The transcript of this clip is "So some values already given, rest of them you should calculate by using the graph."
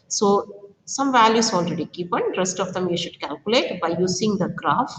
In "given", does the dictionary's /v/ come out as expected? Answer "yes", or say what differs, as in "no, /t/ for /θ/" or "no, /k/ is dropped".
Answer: no, /p/ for /v/